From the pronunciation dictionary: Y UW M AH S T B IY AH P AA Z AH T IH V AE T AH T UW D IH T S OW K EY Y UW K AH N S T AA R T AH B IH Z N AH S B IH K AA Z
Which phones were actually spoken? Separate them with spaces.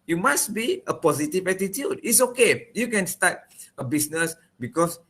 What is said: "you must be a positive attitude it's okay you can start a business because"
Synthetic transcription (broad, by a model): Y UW M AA S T B IY AH P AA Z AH T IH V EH T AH T UW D IH T S OW K EY Y UW K AH N S T AA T AH B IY S N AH S B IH K AA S